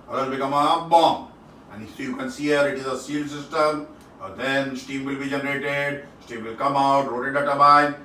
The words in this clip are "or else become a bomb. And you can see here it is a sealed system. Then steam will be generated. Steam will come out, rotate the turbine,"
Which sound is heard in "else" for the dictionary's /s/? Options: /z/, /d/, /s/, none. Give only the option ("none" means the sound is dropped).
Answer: none